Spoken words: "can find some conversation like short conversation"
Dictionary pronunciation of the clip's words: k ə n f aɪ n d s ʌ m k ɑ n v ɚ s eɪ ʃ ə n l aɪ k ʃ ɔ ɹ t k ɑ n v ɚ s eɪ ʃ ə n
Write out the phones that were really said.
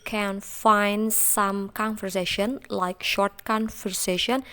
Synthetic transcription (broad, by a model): k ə n f aɪ n d s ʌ m k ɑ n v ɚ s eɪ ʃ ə n l aɪ k ʃ ɔ ɹ t k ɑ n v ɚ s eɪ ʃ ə n